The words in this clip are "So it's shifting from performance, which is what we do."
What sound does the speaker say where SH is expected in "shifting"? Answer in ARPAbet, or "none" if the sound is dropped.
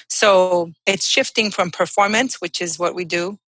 SH